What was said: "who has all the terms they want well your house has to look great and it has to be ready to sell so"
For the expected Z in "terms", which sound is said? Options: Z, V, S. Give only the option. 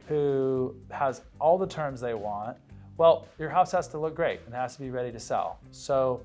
Z